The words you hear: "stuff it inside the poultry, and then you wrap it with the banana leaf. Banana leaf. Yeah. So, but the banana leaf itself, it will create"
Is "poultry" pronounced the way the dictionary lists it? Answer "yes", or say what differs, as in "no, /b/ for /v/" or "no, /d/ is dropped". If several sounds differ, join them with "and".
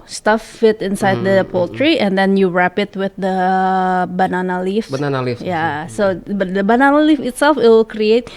yes